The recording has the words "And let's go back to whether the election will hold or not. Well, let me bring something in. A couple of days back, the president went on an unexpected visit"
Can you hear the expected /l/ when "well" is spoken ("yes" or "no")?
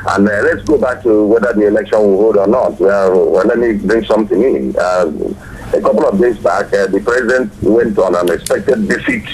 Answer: no